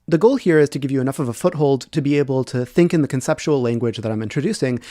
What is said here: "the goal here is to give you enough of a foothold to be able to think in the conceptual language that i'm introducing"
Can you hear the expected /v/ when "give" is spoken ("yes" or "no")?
yes